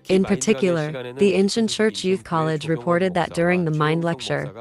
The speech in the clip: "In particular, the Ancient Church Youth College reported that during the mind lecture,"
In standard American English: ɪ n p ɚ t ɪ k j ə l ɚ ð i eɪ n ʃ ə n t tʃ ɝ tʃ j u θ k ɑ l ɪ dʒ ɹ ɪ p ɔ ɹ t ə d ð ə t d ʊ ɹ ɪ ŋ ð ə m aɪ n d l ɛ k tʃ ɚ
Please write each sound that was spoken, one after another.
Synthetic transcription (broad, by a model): ɪ n p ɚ t ɪ k j l ɚ ð i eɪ n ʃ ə n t tʃ ɝ tʃ j u θ k ɑ l ɪ dʒ ɹ ɪ p ɔ ɹ t ə d ð ə t d ʊ ɹ ɪ ŋ ð ə m aɪ n d l ɛ k tʃ ɚ